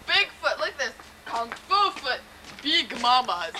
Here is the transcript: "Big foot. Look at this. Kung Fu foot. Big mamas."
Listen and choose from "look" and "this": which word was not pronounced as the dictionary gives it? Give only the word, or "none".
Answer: look